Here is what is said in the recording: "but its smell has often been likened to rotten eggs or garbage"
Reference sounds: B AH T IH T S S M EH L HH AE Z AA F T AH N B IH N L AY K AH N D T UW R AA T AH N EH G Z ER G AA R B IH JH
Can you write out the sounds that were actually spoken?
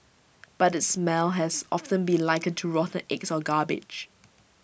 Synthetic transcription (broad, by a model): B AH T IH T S S M EH L HH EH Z AA F T AH N B IH N L AY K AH D T UW R AA T AH N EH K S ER G AA B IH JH